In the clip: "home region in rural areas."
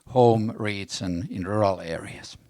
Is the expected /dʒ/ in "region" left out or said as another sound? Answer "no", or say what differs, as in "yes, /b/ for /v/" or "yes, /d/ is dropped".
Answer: yes, /z/ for /dʒ/